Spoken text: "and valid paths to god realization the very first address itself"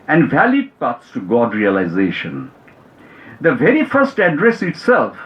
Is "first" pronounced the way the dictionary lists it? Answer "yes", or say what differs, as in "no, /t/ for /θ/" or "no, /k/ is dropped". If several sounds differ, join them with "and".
yes